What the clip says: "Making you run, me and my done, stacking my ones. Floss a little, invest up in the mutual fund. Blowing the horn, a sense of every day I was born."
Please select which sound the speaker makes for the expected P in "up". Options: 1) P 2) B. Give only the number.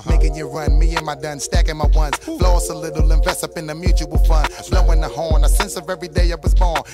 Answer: 1